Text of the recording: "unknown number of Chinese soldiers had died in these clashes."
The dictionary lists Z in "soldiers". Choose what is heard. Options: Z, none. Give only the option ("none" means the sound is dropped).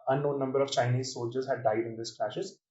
Z